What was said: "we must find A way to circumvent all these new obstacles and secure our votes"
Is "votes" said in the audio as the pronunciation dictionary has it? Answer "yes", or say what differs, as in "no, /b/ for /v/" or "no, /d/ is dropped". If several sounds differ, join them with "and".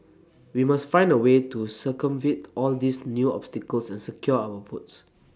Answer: no, /f/ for /v/